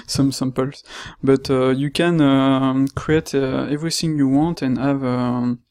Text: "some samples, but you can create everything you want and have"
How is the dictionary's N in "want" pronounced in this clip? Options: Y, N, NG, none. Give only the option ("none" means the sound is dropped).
N